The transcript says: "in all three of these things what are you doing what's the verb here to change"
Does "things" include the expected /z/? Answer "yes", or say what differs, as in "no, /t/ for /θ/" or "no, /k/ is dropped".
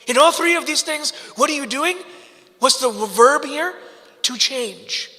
yes